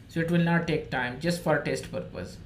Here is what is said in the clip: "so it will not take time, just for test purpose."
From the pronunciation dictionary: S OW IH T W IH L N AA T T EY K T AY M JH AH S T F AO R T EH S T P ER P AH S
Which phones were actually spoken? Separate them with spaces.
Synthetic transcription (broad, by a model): S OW IH T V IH L N AA T T EY K T AY M JH AH S T F AO R T EH S T P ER P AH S